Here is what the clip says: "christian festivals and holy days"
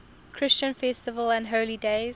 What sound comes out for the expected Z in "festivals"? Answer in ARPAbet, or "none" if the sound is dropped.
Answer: none